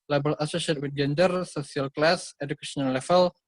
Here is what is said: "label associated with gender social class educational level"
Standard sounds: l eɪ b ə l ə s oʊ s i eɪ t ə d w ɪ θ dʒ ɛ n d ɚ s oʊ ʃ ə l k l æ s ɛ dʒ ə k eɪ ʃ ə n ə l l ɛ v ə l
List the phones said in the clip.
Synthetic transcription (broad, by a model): l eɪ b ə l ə s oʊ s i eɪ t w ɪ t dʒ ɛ n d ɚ s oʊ s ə l k l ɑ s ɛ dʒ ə k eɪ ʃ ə n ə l l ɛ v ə l